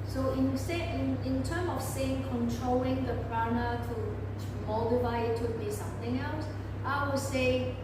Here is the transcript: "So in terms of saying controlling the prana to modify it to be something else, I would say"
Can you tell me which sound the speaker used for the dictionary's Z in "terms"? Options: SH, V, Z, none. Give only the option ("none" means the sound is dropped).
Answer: none